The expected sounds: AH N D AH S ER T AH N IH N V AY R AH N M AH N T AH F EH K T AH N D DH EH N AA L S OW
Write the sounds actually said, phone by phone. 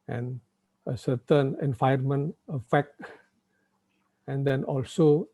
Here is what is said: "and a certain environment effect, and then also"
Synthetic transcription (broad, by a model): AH N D AH S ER T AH N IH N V AY AH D M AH N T AH F EH K T AH N D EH N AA L S OW